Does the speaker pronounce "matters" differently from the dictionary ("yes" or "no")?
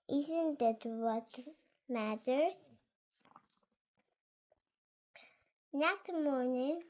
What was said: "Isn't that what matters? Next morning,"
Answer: yes